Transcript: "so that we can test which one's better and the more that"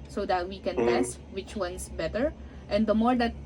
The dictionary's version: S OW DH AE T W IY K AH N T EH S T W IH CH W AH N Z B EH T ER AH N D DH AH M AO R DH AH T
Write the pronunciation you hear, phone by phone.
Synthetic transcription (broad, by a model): S OW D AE T W IY K AH N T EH S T W IH CH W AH N S B EH T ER AH N D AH M AO R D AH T